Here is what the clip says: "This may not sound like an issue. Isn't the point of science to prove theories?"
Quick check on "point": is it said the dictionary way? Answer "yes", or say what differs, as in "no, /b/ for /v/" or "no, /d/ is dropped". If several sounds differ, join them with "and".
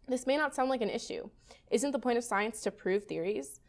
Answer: no, /n/ is dropped